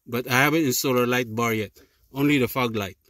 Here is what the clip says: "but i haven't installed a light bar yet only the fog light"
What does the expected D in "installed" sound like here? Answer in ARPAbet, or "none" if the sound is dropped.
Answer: none